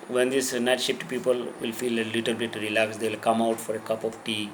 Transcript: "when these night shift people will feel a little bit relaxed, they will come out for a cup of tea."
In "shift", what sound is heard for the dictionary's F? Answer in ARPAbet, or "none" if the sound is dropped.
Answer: P